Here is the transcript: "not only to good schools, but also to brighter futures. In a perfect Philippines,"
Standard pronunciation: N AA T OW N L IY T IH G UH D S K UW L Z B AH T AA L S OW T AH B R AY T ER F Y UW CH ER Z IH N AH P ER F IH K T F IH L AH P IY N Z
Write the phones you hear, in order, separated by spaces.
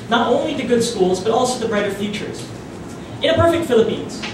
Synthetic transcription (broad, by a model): N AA T OW N L IY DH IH G UH D S K UW L Z B AH T AA L S OW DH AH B R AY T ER F Y UW CH ER Z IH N AH P ER F IH K T F IH L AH P IY N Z